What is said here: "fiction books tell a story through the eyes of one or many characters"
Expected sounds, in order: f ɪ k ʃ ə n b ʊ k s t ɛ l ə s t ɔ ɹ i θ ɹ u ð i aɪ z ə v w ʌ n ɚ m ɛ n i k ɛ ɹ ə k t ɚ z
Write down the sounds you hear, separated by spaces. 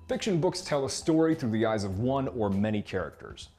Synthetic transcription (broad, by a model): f ɪ k ʃ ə n b ʊ k s t ɛ l ə s t ɔ ɹ i θ ɹ u ð i aɪ z ə v w ʌ n ɚ m ɛ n i k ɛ ɹ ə k t ɚ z